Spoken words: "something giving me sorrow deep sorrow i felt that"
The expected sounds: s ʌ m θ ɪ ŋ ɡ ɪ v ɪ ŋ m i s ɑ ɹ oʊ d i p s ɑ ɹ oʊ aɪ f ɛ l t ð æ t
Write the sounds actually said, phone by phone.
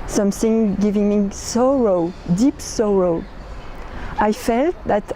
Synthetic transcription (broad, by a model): s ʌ m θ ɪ ŋ ɡ ɪ v ɪ ŋ m i s ɑ ɹ oʊ d i p s ɑ ɹ oʊ aɪ f ɛ l t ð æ t